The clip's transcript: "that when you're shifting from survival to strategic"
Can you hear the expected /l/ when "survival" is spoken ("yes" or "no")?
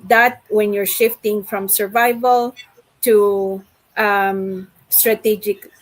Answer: yes